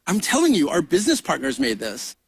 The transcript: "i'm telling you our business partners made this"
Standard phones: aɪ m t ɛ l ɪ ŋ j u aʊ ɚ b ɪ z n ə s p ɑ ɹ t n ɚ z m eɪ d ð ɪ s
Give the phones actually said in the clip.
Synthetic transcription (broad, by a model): aɪ m t ɛ l ɪ ŋ j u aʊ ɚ b ɪ z n ə s p ɑ ɹ t n ɚ z m eɪ d ð ɪ s